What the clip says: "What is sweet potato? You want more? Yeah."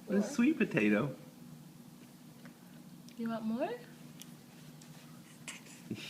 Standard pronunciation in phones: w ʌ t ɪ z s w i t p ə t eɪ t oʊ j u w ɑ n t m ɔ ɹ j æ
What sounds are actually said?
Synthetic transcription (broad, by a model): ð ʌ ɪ s w i t p ə t eɪ t oʊ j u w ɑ t m ɔ ɹ